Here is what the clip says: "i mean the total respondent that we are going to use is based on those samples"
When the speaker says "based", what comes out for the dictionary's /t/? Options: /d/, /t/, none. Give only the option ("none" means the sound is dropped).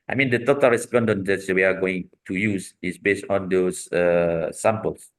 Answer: /t/